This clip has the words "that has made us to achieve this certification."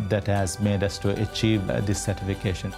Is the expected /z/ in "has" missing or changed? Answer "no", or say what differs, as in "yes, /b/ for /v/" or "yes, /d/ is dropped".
no